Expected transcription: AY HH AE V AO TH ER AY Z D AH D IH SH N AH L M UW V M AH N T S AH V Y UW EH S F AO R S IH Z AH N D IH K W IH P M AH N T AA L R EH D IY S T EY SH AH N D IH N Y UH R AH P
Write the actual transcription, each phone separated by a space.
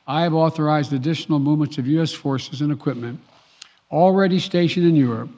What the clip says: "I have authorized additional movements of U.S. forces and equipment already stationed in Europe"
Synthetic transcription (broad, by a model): AY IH V AO TH ER AY Z D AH D IH SH N L M UW V M AH N T S AH V Y UW EH S F AO R S IH Z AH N IH K W IH P M AH N T AA L R EH D IY S T EY SH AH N IH N Y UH R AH P